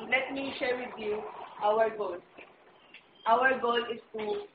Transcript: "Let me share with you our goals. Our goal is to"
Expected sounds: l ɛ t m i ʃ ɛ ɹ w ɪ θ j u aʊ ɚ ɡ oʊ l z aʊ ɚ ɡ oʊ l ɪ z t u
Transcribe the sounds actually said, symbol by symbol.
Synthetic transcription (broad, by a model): l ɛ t m i ʃ ɛ ɹ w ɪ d j u aʊ ɚ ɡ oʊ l aʊ ɚ ɡ oʊ l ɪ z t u